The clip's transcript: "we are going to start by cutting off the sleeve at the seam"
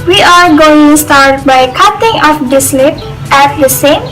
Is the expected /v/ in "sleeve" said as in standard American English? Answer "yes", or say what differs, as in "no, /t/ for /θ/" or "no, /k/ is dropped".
no, /p/ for /v/